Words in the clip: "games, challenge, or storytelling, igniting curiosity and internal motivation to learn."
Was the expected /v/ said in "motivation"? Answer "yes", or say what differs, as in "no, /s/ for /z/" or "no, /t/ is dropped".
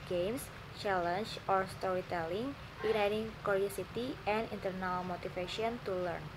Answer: no, /f/ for /v/